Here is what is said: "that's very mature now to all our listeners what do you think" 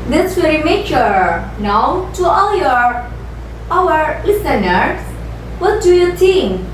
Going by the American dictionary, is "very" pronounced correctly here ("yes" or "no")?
no